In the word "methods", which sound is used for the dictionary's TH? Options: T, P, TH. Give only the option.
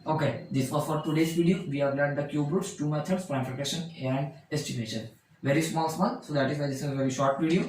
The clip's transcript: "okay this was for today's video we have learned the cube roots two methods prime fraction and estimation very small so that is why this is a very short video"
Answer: T